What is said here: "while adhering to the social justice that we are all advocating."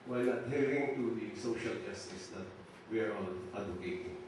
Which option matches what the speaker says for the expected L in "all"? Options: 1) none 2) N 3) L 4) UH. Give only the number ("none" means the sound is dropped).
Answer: 2